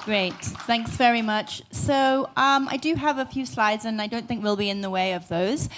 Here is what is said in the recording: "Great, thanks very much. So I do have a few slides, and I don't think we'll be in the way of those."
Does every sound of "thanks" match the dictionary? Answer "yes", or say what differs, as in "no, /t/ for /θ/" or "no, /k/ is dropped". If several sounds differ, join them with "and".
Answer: yes